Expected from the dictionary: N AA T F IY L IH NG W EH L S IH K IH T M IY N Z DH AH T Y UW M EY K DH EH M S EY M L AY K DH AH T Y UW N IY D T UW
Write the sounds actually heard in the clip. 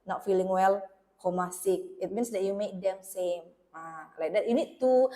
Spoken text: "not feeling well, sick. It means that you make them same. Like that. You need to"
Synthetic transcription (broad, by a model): N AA T F IY L IH NG W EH L S IH K IH T M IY N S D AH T Y UW M EY K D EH M S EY M L AY K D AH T Y UW N IY D T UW